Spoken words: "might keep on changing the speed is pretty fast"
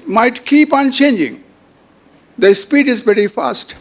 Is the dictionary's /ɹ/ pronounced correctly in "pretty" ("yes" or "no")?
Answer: no